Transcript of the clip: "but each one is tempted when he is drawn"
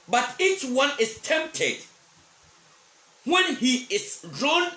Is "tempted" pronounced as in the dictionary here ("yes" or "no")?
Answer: yes